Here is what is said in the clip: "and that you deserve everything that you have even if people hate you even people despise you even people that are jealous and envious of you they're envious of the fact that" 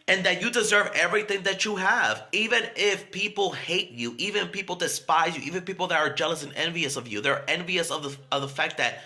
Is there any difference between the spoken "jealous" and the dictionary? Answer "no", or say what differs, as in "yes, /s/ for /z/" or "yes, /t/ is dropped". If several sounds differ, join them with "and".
no